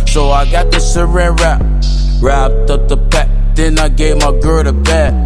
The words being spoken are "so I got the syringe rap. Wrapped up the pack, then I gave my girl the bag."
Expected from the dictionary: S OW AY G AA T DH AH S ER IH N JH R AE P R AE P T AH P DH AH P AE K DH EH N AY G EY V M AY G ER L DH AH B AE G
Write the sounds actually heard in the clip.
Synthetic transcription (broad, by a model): S OW AY G AA T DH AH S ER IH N R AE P R AE P T AH P DH AH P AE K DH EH N AY G EY V M AY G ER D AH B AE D